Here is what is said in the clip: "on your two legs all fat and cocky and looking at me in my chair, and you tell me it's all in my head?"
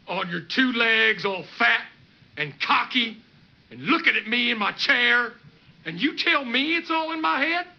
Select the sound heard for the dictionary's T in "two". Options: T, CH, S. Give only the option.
T